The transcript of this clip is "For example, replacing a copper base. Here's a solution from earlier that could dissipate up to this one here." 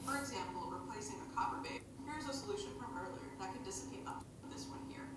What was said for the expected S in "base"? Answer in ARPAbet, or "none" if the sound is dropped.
none